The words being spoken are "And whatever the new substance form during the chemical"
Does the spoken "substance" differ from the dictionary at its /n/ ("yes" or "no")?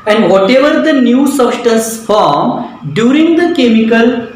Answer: yes